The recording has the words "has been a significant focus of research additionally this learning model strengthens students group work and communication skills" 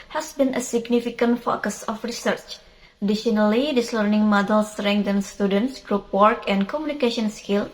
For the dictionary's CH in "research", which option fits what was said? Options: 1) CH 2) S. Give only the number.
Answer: 1